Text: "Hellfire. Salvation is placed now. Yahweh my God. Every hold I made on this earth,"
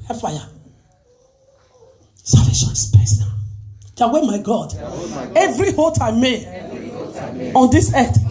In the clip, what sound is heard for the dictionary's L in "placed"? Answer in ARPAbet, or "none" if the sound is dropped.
none